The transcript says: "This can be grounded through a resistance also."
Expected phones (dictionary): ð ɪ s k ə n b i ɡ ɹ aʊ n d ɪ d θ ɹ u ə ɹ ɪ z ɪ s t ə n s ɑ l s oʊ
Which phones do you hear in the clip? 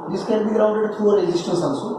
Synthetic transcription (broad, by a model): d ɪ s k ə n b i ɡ ɹ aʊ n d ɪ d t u ə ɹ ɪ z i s t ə s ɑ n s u